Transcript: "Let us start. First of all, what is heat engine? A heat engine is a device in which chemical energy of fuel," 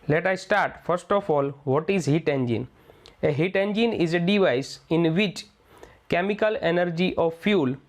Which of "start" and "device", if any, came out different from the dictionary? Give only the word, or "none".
none